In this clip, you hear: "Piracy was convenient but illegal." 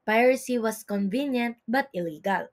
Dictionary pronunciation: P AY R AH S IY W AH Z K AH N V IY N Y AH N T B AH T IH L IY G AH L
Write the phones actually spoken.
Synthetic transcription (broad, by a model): P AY R S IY W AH S K AH N V IY N Y AH N T B AH T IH L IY G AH L